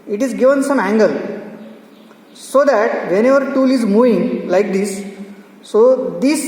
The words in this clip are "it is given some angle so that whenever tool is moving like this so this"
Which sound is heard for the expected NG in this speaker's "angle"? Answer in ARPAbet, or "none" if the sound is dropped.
NG